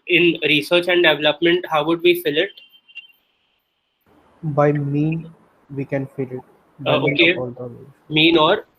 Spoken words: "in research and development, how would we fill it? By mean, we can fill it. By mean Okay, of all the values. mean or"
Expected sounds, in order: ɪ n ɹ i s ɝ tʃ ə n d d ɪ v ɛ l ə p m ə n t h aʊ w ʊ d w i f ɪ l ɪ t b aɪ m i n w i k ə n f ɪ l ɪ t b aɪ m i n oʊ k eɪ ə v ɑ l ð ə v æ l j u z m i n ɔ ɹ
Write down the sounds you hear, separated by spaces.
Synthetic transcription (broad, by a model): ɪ n ɹ i s ɝ tʃ ə n d d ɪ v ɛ l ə p m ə n t h aʊ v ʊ d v i f ɪ l ɪ t b aɪ m i n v i k ə n f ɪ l ɪ t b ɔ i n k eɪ ɑ l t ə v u m i n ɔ ɹ